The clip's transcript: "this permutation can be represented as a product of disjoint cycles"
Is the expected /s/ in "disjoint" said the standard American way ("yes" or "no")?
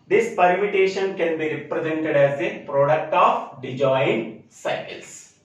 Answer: no